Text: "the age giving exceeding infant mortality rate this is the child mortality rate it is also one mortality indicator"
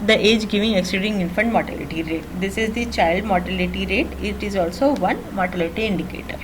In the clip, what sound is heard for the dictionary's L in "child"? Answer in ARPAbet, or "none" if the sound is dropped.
L